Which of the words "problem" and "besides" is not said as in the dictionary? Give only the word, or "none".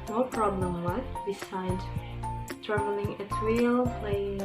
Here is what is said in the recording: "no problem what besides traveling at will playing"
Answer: besides